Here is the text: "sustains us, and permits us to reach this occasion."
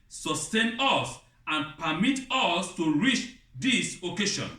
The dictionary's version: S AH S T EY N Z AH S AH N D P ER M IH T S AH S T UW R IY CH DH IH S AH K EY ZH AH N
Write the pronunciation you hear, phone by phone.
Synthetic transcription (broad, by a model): S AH S T EY N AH S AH N P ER M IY T AH S T UW R IY CH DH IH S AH K EY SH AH N